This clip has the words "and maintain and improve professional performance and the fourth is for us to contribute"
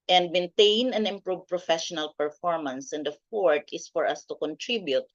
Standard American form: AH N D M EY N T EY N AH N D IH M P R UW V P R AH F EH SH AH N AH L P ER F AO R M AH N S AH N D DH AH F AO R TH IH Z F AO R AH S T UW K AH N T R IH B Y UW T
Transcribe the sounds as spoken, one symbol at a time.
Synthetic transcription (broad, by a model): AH N D M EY N T EY N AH N IH M P R UW V P R AH F EH SH AH N AH L P ER F AO R M AH N S AH N D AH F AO R T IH S F AO R AH S T UW K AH N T R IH B Y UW T